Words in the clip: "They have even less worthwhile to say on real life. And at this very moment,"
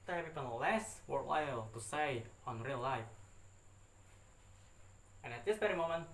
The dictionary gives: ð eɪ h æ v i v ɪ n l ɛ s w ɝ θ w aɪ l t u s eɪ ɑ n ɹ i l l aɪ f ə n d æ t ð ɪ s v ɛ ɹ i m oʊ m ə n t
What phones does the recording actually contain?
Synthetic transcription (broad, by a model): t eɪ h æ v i p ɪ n l ɛ s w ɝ t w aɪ l t u s eɪ ɑ n ɹ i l l aɪ f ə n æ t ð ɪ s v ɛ ɹ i m oʊ m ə n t